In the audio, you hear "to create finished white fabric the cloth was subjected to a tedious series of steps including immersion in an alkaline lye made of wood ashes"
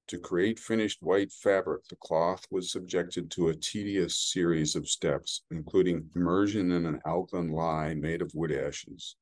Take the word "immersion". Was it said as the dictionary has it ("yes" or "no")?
yes